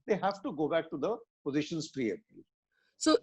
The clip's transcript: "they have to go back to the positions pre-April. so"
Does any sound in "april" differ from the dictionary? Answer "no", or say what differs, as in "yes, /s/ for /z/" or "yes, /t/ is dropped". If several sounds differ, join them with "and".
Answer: yes, /ɹ/ is dropped